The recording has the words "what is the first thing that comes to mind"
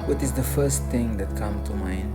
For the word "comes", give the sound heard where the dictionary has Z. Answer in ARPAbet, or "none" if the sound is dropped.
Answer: none